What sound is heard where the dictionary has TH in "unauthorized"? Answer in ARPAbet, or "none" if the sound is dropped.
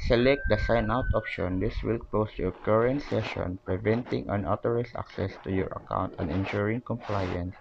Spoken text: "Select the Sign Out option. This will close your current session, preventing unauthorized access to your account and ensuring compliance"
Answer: T